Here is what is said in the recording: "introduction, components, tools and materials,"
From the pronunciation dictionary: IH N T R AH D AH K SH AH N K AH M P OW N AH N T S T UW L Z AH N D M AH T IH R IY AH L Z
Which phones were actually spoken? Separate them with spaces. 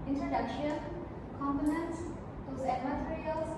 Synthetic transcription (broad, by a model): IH N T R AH D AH K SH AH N K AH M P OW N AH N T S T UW Z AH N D M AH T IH R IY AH L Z